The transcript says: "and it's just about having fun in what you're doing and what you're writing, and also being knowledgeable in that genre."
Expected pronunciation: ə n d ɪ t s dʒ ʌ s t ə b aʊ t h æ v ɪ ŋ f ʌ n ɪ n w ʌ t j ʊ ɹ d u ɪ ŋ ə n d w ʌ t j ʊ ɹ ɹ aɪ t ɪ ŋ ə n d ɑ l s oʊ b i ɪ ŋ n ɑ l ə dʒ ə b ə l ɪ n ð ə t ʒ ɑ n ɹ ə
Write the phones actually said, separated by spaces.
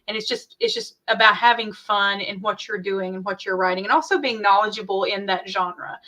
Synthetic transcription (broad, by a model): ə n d ɪ t s dʒ ʌ s t ə b aʊ t h æ v ɪ ŋ f ʌ n ɪ n w ʌ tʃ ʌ ɹ d u ɪ ŋ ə n w ʌ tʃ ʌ ɹ ɹ aɪ t ɪ ŋ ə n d ɑ l s oʊ b i ɪ ŋ n ɑ l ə dʒ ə b l ɪ n ð ə t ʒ ɑ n ɹ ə